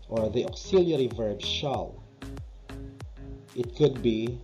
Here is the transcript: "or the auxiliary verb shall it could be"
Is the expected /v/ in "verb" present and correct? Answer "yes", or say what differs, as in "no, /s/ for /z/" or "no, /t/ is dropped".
yes